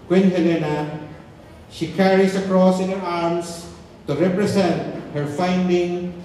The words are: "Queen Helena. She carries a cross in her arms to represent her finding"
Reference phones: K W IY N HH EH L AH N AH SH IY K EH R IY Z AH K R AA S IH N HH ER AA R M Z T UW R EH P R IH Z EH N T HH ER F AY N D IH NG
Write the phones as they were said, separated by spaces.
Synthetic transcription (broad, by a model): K W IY N HH EH L AH N AH SH IY K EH R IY S AH K R AA S IH N HH ER AA R M S T UW R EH P R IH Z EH N T HH ER F AY N D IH NG